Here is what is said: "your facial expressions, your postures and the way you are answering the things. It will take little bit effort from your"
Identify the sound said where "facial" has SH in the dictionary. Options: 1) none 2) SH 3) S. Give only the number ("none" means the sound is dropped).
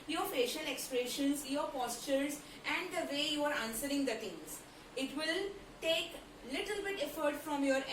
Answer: 2